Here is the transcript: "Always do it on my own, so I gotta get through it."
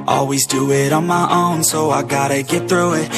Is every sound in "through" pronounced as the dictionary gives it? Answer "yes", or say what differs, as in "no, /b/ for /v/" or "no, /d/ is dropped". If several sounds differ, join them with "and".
yes